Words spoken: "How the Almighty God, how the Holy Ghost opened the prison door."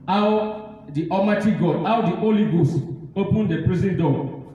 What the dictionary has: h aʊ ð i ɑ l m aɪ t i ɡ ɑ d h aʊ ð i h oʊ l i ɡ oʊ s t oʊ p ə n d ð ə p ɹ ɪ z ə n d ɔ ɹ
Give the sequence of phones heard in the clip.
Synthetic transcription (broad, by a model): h aʊ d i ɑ m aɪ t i ɡ ɑ d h aʊ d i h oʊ l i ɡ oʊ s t oʊ p ə n d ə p ɹ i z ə n d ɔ